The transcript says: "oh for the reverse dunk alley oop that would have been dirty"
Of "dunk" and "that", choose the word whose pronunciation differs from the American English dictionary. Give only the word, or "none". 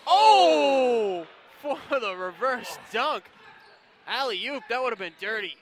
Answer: none